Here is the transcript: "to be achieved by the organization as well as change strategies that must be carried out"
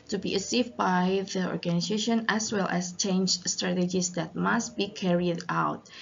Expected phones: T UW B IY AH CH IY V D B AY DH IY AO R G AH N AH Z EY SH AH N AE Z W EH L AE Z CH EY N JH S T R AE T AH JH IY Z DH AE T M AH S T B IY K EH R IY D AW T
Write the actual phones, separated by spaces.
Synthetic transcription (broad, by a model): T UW B IY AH S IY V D B AY DH IY AO R G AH N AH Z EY SH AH N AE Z W EH L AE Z CH EY N JH S T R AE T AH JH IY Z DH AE T M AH S T B IY K EH R IY D AW T